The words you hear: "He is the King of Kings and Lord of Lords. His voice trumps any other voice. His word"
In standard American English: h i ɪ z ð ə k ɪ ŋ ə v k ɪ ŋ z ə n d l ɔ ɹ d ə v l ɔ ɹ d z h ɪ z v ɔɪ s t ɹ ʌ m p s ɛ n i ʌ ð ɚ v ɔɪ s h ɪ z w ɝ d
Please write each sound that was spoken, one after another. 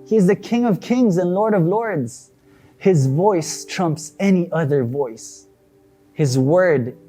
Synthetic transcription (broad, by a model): h i ɪ z ð ə k ɪ ŋ ə v k ɪ ŋ z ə n l ɔ ɹ d ə v l ɔ ɹ d z h ɪ z v ɔɪ s t ɹ ʌ m p s ɛ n i ʌ ð ɚ v ɔɪ s h ɪ z w ɝ d